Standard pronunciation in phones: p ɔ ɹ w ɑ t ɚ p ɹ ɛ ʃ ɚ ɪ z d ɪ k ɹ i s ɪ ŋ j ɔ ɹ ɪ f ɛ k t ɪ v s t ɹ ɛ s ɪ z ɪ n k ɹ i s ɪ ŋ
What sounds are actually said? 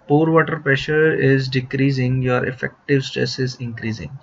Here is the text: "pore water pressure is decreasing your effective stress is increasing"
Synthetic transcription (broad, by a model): p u ɹ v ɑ t ɚ p ɹ ɛ ʃ ɚ ɪ z d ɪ k ɹ i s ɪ ŋ j ɔ ɹ ɪ f ɛ k t ɪ v s t ɹ ɛ s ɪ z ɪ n k ɹ i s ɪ ŋ